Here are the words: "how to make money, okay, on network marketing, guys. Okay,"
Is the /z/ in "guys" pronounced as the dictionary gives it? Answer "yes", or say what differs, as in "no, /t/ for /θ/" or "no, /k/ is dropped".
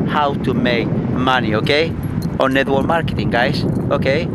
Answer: no, /s/ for /z/